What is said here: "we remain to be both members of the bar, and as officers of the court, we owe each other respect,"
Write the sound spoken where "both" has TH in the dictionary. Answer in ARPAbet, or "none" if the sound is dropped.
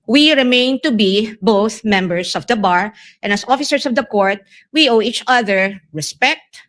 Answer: TH